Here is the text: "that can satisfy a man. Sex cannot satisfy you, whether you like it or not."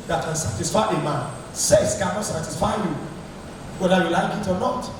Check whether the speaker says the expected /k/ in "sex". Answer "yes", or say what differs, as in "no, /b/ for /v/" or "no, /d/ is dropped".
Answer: no, /k/ is dropped